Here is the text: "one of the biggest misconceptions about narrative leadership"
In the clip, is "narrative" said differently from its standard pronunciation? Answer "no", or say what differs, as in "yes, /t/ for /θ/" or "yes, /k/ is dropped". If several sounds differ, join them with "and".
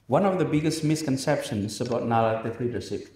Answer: yes, /l/ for /ɹ/